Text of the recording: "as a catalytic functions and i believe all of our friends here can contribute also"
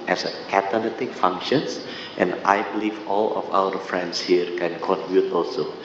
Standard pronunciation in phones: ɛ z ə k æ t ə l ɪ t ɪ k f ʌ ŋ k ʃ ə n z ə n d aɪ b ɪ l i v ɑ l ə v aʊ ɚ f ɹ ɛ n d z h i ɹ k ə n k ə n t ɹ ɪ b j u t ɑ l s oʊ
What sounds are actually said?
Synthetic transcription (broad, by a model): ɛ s ə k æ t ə n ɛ t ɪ k f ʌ ŋ k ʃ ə n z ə n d aɪ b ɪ l i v ɑ l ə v aʊ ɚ f ɹ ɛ n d s h i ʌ k ə n k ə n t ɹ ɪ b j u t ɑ l s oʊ